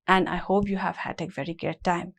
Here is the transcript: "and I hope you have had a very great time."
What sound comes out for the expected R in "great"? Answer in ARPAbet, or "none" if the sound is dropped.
none